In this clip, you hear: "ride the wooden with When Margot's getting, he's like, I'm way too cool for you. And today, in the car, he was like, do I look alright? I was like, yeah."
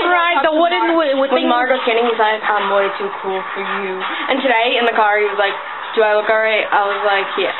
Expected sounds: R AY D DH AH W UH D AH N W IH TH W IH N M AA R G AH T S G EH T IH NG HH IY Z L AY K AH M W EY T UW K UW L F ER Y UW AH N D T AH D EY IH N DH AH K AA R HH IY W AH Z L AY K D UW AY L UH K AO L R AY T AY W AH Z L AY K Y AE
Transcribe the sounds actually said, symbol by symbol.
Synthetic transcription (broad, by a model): R AY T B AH W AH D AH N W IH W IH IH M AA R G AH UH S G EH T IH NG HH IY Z L AY K AH M W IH T UW K UW L F ER Y UW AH N T AH D EY IH N DH AH K AA R HH IY W AH Z L AY K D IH AY L UH K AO R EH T AY W AH Z L AY K Y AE